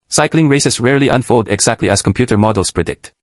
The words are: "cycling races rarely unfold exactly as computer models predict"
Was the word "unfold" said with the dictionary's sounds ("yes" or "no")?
yes